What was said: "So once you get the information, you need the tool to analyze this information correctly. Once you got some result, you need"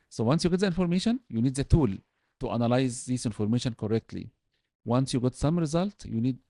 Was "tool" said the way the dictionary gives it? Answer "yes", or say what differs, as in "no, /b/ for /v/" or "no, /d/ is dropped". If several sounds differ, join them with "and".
yes